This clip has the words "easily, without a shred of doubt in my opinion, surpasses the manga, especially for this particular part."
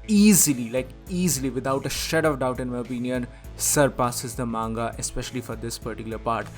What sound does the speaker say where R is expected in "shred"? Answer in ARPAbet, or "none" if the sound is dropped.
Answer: none